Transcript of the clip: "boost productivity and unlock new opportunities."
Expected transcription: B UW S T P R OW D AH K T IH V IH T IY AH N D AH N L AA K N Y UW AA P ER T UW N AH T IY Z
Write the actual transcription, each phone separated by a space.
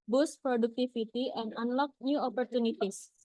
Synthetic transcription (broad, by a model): B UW S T P R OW D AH K T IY F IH T IY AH N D AH N L AA K N Y UW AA P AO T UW N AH T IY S